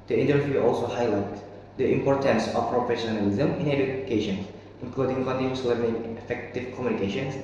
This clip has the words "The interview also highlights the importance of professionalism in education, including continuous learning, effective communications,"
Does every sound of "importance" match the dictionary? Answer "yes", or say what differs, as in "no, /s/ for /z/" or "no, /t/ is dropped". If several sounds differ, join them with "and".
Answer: yes